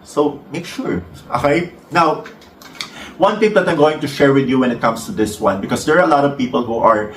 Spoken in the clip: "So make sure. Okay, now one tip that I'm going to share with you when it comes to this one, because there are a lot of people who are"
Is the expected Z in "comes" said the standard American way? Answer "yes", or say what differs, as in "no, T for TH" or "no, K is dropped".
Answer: no, S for Z